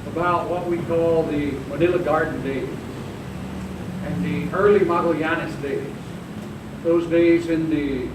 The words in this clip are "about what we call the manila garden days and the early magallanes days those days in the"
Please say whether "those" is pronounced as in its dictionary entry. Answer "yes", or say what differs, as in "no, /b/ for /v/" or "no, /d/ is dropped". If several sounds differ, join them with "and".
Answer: yes